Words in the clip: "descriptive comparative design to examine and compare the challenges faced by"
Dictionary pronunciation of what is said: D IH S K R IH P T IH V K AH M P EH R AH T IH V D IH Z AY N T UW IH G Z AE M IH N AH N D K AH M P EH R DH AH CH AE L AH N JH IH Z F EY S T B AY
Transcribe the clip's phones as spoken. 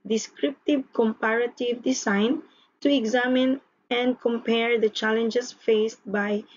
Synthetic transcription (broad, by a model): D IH S K R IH P T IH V K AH M P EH R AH T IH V D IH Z AY N T UW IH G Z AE M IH N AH N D K AH M P EH R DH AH CH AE L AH N JH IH S F EY S T B AY